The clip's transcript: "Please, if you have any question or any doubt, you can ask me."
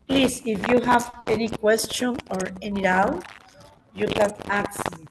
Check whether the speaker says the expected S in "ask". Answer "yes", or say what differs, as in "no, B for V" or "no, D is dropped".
no, S is dropped